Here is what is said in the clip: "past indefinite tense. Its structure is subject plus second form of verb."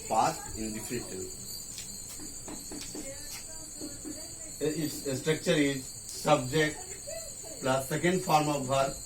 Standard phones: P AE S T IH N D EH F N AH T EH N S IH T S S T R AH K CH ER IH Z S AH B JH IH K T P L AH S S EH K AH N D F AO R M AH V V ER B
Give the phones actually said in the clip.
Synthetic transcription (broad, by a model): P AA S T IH N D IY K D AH T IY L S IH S S T R AH K CH ER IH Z S AH B JH IH K T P L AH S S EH K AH N D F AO R M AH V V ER